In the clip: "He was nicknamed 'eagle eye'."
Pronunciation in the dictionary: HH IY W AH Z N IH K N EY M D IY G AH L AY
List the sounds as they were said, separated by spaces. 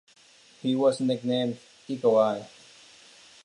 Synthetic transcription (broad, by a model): HH IY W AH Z N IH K N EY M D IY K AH W AY